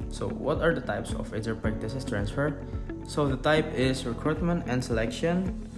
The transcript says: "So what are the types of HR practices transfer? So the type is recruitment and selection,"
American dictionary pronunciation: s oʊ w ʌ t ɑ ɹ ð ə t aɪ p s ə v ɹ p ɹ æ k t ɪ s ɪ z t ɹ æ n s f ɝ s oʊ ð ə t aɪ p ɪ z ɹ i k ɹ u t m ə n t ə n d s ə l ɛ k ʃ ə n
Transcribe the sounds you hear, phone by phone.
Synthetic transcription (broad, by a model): s oʊ w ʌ t ɑ ɹ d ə t aɪ p s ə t ɹ p ɹ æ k t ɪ s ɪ s t ɹ æ n s f ɝ s oʊ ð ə t aɪ p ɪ s ɹ i k ɹ u t m ə n t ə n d s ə l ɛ k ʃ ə n